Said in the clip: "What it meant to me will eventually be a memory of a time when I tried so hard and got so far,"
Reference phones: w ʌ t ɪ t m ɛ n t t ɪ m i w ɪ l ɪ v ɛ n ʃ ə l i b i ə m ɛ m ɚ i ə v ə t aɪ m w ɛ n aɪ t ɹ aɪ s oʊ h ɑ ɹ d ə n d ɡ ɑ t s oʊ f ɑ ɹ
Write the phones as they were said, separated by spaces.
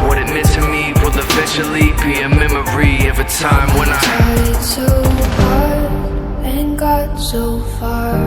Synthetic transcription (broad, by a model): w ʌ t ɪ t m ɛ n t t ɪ m i w ɪ l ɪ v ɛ ʃ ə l i b i ə m ɛ m ɚ i ə v ə t aɪ m w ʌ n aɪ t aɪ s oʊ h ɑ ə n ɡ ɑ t s oʊ f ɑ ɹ